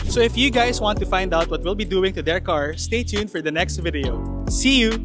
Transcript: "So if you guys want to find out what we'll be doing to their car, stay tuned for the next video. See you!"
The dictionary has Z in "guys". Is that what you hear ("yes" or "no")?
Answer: no